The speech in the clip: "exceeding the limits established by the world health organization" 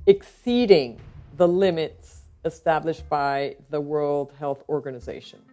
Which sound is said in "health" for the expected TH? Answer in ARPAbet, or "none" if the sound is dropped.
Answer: TH